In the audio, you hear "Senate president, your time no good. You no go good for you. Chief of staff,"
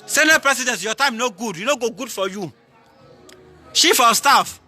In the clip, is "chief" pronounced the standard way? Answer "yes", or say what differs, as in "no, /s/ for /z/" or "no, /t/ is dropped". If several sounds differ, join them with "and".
no, /ʃ/ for /tʃ/